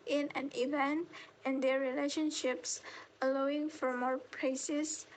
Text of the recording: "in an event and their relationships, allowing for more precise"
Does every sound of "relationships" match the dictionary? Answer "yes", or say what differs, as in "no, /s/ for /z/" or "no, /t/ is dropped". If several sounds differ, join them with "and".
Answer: yes